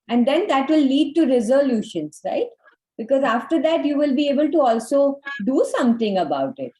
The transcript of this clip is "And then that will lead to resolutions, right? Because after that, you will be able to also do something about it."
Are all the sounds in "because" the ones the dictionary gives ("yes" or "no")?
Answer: yes